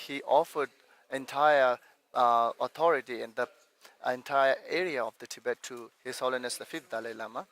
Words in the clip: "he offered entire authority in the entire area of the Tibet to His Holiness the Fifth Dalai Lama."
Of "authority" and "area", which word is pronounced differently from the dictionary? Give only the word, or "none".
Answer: authority